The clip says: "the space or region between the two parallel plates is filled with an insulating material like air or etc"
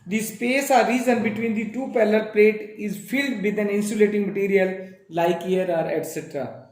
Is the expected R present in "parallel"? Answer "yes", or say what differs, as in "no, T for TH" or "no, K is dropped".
no, L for R